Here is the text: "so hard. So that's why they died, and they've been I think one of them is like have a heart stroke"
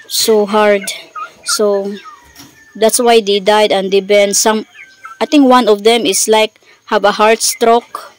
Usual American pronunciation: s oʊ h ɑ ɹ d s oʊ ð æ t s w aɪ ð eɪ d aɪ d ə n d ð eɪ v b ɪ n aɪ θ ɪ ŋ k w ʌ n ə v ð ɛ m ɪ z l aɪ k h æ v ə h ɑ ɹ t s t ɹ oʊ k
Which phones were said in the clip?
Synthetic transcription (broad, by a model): s oʊ h ɑ ɹ d s oʊ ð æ t s w aɪ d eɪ d aɪ d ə n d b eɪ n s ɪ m aɪ t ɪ ŋ k w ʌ n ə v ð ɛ m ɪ s l aɪ k h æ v ə h ɑ ɹ t s t ɹ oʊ k